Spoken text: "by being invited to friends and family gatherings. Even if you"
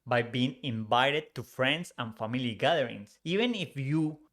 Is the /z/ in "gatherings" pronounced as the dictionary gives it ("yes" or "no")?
no